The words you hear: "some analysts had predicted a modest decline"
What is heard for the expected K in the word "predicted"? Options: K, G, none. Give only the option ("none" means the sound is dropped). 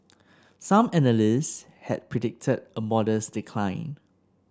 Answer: K